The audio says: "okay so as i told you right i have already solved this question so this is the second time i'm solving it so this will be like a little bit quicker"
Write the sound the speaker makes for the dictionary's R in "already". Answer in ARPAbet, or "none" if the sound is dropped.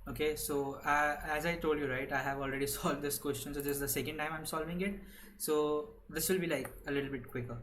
R